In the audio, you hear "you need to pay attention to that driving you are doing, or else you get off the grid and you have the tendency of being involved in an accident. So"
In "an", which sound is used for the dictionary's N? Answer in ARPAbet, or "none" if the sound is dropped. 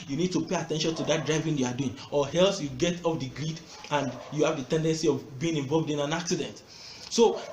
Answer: N